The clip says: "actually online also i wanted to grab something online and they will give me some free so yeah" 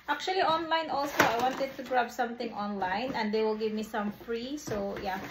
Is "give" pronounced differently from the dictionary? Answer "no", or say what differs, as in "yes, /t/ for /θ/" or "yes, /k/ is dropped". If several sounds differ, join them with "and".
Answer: no